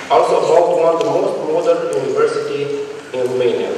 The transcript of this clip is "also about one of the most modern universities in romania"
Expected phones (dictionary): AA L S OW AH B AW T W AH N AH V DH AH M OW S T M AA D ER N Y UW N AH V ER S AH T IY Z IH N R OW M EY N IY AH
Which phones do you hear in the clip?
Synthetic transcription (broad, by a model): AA L S OW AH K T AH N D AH M OW S T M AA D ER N Y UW N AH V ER S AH T IY IH N R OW M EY N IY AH